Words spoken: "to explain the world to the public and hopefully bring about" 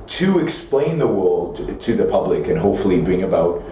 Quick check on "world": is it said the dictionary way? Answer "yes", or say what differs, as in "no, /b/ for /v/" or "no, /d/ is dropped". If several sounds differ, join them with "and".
yes